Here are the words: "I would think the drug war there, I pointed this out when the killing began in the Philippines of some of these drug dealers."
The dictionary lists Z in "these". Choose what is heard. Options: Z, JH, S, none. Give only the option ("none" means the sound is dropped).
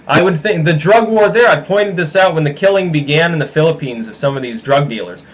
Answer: Z